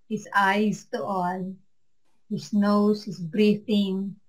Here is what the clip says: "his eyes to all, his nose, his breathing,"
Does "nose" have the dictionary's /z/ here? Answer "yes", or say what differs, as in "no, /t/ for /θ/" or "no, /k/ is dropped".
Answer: no, /s/ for /z/